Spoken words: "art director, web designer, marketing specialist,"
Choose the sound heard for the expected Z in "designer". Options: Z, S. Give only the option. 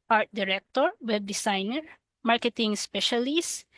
S